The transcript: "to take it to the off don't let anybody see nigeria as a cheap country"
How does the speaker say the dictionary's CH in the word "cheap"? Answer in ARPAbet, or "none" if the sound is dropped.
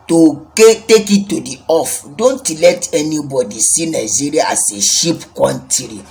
SH